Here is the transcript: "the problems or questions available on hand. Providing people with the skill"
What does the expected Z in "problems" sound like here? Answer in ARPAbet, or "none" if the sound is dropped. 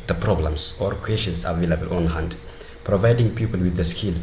S